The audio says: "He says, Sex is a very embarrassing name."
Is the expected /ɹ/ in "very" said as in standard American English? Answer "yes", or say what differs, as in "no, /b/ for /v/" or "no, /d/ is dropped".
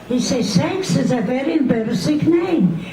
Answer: yes